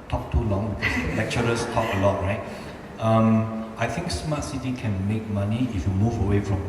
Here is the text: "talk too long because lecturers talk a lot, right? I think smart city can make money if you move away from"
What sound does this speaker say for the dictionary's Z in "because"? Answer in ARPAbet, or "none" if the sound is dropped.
S